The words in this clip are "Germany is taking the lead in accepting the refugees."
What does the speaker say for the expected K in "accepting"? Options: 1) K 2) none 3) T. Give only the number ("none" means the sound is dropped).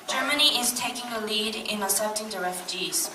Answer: 2